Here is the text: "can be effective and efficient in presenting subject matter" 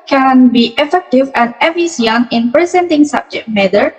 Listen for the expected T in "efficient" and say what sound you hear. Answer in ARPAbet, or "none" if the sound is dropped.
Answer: none